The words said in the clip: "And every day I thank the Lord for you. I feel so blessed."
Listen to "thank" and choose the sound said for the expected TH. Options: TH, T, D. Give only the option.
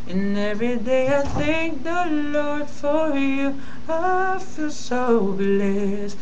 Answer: TH